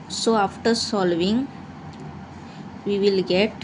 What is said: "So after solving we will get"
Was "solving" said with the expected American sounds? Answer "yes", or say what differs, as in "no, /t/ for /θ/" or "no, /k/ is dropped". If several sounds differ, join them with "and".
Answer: yes